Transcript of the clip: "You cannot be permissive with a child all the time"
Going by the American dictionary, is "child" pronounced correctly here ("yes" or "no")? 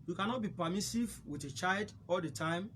yes